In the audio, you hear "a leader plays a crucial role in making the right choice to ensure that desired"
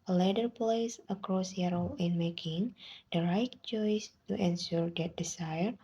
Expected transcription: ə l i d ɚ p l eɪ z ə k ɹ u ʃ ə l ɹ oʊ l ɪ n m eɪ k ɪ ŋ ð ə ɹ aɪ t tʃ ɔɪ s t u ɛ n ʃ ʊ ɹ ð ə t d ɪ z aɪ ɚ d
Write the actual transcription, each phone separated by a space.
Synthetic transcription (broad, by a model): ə l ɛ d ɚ p l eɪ s ə k ɹ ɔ s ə ɹ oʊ ɪ n m eɪ k ɪ ŋ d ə ɹ aɪ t tʃ ɔɪ s t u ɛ n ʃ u ɹ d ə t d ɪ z aɪ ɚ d